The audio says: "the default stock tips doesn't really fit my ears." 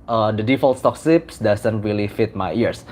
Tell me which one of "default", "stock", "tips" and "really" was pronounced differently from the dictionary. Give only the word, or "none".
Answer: tips